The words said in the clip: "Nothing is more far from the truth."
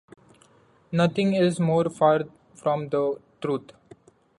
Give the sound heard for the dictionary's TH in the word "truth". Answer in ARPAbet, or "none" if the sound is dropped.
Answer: T